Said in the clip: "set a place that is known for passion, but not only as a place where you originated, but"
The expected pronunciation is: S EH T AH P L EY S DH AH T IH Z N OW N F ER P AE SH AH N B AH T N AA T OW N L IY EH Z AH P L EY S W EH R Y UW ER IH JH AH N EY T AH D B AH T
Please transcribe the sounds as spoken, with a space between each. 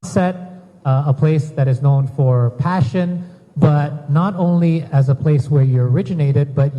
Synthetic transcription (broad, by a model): S EH T AH P L EY S DH AH T IH Z N OW N F ER P AE SH AH N B AH T N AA T OW N L IY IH Z AH P L EY S W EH R Y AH ER IH JH AH N EY T AH D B AH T